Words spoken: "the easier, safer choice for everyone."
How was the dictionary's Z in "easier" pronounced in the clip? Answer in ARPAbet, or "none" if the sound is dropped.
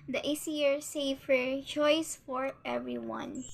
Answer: S